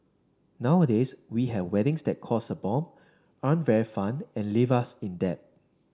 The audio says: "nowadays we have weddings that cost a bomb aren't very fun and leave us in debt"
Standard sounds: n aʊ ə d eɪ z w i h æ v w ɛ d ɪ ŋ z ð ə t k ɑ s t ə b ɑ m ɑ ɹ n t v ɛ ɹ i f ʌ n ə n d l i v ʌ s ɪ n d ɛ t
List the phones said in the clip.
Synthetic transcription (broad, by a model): n aʊ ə d eɪ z w i h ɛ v w ɛ d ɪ ŋ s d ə t k ɑ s ə b ɑ m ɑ n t v ɛ ɹ i f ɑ n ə n l i v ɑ s ɪ n d ɛ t